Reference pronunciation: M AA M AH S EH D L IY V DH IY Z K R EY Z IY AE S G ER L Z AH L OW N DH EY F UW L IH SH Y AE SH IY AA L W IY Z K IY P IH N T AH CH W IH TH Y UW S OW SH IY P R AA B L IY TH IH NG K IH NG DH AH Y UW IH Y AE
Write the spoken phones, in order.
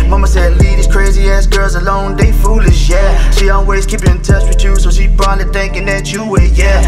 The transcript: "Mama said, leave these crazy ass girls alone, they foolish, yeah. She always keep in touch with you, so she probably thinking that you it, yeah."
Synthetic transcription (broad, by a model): M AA M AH S EH D L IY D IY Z K R EY Z IY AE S G ER L Z AH L OW N DH EY F UW L IH SH Y AE SH IY AA L W IY Z K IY P IH N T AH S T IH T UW S OW SH IY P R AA L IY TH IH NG K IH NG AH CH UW IH Y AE